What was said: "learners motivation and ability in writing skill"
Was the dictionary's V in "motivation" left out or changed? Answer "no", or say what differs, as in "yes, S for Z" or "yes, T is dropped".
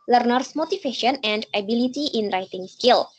yes, F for V